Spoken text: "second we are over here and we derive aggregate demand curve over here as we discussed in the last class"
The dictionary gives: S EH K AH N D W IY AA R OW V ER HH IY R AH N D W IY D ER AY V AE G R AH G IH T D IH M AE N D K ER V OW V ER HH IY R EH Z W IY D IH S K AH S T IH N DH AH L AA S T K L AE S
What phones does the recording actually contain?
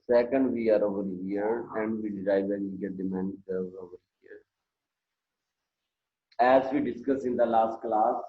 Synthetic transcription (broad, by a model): S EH K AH N D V IY AA R OW V ER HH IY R AH N D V IY D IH AY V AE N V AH G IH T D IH M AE N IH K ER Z OW V ER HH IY R EH Z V IY D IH S K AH S IH N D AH L AA S T K L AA S